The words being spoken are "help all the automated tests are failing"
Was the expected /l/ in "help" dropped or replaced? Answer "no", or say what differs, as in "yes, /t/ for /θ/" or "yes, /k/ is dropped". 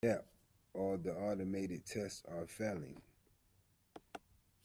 yes, /l/ is dropped